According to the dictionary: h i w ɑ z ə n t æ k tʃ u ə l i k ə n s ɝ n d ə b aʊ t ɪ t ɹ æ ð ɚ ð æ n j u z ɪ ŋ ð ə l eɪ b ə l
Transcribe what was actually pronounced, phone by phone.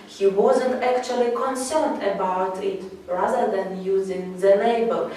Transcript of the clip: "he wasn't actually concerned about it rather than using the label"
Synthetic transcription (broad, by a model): h i w ɑ z ə n t æ k tʃ u ə l i k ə n s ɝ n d ə b aʊ t ɪ t ɹ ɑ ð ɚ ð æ n j u z ɪ ŋ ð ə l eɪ b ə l